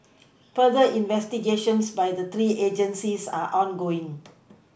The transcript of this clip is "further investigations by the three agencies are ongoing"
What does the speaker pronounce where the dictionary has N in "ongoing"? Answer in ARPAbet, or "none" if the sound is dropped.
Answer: N